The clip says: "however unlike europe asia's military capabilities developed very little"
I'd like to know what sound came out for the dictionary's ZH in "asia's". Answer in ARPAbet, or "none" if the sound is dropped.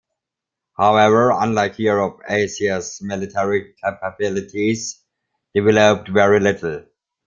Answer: SH